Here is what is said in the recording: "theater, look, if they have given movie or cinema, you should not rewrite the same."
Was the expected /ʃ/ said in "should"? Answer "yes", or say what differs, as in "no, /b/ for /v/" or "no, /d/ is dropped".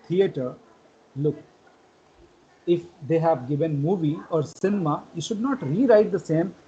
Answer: yes